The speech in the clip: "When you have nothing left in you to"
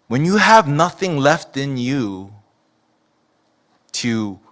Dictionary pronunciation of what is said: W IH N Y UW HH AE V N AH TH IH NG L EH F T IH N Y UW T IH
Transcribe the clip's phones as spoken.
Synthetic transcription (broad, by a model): W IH N Y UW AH V N AH TH IH NG L EH F T IH N Y UW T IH